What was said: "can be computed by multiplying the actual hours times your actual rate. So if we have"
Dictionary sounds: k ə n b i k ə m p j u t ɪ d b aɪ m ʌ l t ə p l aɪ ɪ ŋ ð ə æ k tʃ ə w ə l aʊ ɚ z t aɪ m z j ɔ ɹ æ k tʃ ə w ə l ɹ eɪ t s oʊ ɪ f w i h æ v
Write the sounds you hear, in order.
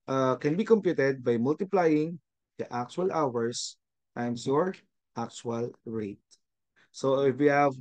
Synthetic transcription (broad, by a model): k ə n b i k ə m p j u t ɪ d b aɪ m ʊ l t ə p l aɪ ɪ ŋ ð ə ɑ k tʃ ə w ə l aʊ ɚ s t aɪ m s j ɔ ɹ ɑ k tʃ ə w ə l ɹ eɪ t s oʊ ɪ f w i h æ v